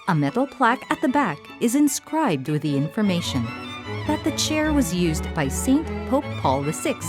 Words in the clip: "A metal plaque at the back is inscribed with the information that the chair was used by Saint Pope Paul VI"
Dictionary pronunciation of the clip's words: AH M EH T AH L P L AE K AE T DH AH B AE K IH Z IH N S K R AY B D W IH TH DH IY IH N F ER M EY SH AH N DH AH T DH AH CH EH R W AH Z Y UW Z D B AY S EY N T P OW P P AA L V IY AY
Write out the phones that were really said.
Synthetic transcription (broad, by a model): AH M EH T L P L AE K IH T DH AH B AE K IH Z IH N S K R AY B D W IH DH IY IH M F ER M EY SH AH N DH AH T DH AH CH EH R W AH Z Y UW Z B AY S EY N P OW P P AA L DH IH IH